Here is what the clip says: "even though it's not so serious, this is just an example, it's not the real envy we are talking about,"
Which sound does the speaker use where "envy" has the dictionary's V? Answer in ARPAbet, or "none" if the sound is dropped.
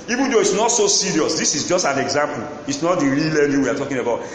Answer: none